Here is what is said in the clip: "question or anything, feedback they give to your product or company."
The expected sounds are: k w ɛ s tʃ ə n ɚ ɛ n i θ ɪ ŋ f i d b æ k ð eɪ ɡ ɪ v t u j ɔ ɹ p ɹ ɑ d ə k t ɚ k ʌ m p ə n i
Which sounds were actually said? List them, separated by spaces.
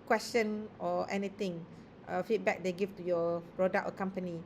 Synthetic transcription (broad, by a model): k w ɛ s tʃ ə n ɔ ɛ n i t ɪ ŋ f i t b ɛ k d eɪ ɡ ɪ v t u j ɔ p ɹ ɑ d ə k ɚ k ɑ m p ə n i